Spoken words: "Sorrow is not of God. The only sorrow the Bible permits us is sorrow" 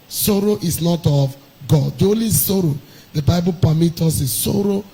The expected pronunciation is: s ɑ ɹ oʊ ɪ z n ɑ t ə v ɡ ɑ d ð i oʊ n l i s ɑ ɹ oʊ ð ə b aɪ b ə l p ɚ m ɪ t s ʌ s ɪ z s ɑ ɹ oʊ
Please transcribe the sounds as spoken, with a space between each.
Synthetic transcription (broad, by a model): s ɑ ɹ oʊ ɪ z n ɑ t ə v ɡ ɑ d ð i oʊ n l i s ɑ ɹ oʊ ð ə b aɪ b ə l p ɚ m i t ɔ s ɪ s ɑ ɹ oʊ